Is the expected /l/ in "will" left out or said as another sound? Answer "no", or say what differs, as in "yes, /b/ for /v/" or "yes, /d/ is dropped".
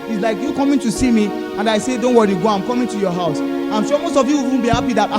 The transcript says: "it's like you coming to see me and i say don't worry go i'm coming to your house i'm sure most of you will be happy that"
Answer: yes, /n/ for /l/